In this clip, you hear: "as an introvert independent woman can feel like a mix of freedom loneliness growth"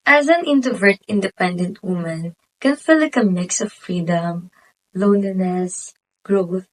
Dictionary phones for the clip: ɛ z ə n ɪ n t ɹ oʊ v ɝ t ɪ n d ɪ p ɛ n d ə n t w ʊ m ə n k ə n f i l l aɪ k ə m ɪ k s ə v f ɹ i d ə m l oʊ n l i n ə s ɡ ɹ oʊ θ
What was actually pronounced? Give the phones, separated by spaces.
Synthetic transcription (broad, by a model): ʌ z ə n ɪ n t oʊ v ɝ t ɪ n d ɪ p ɛ n d ə n t w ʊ m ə n k ə n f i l l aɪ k ə m ɪ k s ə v f ɹ i d ə m l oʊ n i n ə s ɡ ɹ oʊ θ